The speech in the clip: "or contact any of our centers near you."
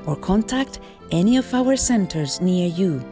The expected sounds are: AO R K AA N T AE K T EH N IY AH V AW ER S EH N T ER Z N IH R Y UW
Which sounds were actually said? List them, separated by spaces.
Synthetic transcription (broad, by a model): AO R K AA N T AE K T EH N IY AH V AW ER S EH N T ER Z N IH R Y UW